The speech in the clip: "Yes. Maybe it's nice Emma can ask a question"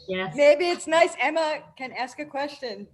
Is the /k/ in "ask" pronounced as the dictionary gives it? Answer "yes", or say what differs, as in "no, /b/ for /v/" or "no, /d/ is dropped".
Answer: yes